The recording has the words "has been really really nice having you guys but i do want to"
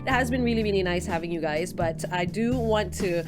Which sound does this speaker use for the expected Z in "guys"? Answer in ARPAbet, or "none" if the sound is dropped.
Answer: Z